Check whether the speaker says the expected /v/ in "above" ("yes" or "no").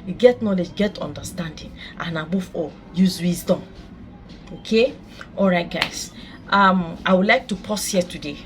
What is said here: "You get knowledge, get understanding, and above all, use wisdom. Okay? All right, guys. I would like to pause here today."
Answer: no